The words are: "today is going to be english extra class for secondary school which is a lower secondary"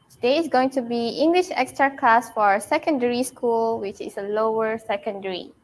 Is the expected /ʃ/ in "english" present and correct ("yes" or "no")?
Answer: yes